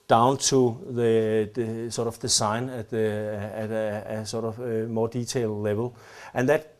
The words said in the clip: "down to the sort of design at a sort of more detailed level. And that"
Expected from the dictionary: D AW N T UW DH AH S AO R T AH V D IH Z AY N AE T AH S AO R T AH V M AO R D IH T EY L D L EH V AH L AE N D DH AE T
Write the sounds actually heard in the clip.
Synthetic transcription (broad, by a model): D AW N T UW DH AH S AO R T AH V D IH S AY N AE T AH S AO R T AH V M AO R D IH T EY L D L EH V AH L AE N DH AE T